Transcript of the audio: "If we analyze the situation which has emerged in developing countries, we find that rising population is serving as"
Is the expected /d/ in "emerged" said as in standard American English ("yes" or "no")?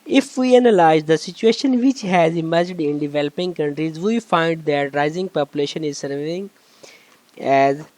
yes